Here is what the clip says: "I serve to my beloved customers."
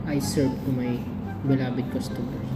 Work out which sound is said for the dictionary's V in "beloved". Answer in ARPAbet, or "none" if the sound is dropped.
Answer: B